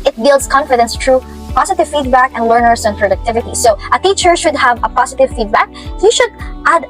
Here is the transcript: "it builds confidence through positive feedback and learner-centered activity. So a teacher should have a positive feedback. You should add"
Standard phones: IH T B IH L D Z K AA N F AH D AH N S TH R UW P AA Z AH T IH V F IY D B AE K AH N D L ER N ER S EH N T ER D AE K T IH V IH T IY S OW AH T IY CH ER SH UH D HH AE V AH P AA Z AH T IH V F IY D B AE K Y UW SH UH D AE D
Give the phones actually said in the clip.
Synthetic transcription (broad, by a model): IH T B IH L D S K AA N F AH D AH N S T R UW P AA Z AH T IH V F IY D B AE K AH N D L ER N ER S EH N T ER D AE K T IH V IH T IY S OW AH T IY CH ER SH UH D HH AE V AH P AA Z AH T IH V F IY D B AE K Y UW SH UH D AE D